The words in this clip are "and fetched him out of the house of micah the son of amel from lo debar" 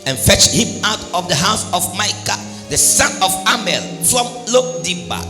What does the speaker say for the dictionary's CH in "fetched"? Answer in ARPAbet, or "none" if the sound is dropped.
CH